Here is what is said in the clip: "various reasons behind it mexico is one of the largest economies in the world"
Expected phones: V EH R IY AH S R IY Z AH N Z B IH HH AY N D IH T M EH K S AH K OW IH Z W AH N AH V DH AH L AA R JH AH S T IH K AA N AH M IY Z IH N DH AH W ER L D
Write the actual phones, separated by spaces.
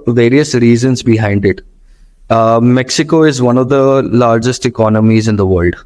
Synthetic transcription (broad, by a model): V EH R IY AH S R IY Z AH N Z B IH HH AY N D IH T M EH K S AH K OW IH Z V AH N AH V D AH L AA R JH AH S T IH K AA N AH M IY Z IH N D AH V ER L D